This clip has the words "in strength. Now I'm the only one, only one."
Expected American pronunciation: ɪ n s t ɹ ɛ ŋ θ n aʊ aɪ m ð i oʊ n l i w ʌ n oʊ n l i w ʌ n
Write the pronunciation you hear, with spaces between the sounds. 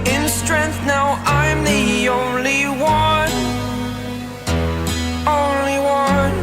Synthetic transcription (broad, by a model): ɪ n s t ɹ ɛ ŋ θ n aʊ aɪ m ð i oʊ n l i w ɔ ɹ oʊ n l i w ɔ